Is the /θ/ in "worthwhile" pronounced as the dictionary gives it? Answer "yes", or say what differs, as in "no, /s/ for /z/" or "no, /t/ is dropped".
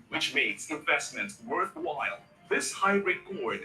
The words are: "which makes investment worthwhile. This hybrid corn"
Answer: yes